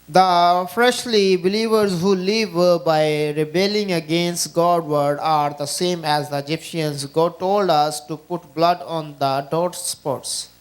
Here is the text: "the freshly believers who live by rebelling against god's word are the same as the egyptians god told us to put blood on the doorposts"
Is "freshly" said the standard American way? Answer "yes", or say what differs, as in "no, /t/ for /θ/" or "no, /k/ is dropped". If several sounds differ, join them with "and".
yes